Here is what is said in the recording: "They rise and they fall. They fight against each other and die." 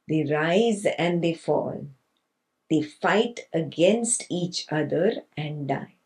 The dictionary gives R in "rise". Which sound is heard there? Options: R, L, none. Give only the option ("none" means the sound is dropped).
R